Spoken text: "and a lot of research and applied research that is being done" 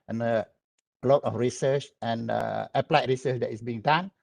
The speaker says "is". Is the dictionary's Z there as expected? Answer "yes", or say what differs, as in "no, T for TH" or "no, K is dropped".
no, S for Z